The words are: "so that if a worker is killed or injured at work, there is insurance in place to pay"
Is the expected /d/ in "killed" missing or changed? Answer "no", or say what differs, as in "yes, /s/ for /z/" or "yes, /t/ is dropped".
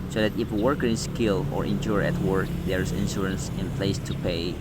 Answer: yes, /d/ is dropped